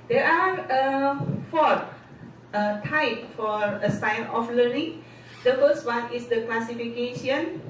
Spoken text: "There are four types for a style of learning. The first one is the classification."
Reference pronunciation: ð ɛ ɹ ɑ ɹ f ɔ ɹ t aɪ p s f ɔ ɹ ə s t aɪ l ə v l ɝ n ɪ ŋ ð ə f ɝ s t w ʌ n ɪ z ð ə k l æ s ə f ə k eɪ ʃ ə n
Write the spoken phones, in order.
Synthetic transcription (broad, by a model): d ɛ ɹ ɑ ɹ f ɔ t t aɪ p f ɔ ɹ ə s aɪ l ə f l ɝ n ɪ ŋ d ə f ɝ s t w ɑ n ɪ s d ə k l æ s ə f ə k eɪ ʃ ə n